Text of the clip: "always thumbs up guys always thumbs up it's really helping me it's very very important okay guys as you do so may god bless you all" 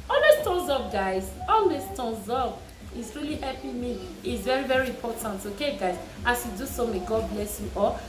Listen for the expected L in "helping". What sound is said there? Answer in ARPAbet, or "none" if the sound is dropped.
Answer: none